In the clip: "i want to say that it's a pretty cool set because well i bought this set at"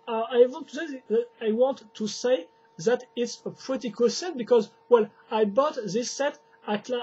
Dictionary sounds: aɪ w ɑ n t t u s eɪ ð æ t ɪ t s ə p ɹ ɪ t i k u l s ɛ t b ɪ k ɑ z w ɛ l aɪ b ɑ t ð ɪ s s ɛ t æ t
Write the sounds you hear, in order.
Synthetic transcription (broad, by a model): aɪ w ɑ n t t u s eɪ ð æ t ɪ t s ə p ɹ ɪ t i k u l s ɛ t b ɪ k ɑ z w ɛ l aɪ b ɑ t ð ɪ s s ɛ t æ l